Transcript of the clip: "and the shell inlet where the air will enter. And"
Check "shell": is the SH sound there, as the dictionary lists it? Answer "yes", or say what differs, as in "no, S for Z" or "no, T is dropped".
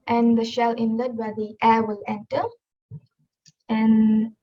yes